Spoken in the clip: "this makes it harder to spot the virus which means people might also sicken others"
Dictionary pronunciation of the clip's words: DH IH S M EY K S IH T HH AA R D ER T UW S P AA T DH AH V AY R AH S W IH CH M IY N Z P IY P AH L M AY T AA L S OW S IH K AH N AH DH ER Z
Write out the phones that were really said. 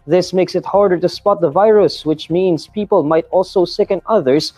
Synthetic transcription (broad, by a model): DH IH S M EY K S IH T HH AA R D ER T UW S P AA T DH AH V AY R AH S W IH CH M IY N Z P IY P AH L M AY T AA L S OW S IH K AH N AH DH ER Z